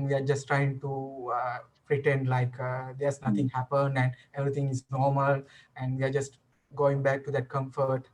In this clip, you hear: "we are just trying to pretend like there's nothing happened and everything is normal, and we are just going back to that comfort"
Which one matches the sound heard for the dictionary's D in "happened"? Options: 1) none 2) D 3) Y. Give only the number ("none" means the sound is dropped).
2